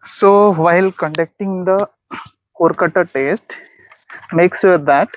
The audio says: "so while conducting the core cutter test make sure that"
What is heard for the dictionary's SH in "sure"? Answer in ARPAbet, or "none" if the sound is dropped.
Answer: S